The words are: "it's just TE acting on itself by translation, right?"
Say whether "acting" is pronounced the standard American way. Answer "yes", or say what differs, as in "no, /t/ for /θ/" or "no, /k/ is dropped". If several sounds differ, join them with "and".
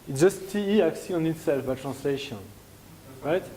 no, /s/ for /t/